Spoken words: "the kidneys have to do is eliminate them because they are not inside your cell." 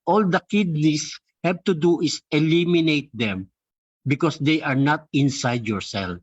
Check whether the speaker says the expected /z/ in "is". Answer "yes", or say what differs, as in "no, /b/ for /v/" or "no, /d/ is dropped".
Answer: no, /s/ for /z/